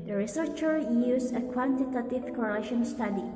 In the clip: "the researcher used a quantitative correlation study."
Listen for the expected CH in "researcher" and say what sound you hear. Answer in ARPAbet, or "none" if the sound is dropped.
CH